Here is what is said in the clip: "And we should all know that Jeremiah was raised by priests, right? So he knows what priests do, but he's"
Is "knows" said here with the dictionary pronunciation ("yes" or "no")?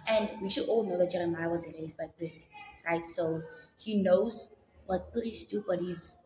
yes